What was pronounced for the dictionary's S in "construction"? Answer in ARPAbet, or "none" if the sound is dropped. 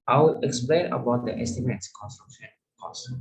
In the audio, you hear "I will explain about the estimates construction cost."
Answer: S